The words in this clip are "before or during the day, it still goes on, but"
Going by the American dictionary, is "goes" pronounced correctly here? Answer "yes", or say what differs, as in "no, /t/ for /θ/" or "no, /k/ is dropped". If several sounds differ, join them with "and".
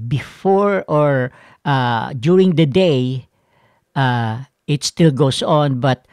no, /s/ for /z/